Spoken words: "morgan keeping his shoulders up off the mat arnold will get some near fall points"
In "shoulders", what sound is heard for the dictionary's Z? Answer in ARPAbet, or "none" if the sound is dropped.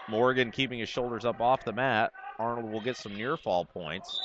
Z